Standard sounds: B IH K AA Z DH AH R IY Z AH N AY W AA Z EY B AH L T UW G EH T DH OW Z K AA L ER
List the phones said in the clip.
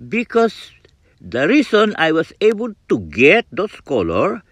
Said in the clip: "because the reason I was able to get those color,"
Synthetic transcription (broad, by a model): B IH K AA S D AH R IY S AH N AY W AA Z EY B AH L T UW G EH T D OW S K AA L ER